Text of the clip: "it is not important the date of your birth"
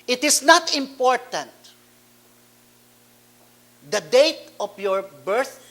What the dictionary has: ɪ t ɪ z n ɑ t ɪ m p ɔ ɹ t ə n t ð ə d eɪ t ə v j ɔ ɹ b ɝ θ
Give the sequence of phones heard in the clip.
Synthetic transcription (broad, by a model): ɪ t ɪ s n ɑ t ɪ m p ɔ ɹ t ə n t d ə d eɪ t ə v j ɔ ɹ b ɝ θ